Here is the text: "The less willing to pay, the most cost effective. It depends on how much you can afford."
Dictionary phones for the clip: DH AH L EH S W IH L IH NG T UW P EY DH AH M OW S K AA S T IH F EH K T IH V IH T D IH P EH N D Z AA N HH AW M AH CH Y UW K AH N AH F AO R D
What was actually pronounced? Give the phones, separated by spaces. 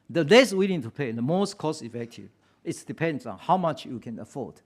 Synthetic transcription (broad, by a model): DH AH L EH S W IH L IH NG T UW P EY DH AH M OW S K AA S IH F EH K T IH V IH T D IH P EH N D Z AA N HH AW M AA CH Y UW K AH N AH F AO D